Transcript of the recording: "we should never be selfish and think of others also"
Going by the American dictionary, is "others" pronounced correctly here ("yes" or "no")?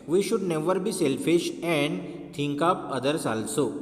no